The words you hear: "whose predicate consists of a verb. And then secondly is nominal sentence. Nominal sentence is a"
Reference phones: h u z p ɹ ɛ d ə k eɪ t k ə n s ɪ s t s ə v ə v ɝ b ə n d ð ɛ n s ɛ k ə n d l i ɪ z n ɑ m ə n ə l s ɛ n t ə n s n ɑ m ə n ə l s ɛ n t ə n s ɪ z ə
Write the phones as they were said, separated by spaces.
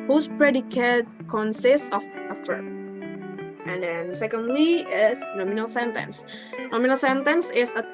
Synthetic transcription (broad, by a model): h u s p ɹ ɛ d ə k eɪ t k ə n s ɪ s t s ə f ə p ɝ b ə n d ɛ n s ɛ k ə n d l i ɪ s n ɑ m ə n ə l s ɛ n t ə n s n ɑ m ə n ə l s ɛ n t ə n s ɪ s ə